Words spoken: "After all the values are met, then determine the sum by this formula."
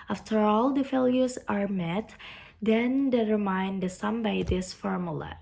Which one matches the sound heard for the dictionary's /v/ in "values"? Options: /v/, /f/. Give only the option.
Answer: /f/